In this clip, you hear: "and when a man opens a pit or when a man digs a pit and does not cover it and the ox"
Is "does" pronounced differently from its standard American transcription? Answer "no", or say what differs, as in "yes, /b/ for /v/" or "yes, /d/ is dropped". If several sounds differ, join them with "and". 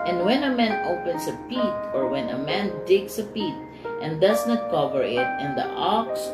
yes, /s/ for /z/